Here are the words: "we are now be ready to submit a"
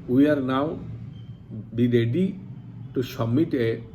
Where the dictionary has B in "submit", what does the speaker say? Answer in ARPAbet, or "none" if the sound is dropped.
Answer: none